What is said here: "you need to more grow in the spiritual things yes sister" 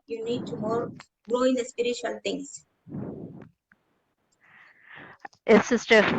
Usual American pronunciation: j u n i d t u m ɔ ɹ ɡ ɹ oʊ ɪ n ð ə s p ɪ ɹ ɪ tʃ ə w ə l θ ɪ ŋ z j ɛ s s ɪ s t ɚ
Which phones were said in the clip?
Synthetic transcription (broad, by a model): j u n i d t u m ɔ ɹ ɡ ɹ oʊ ɪ n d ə s p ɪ ɹ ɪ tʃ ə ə l t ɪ ŋ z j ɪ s s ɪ s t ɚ